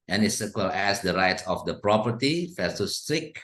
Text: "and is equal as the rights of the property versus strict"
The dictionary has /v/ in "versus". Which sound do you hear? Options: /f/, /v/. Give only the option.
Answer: /f/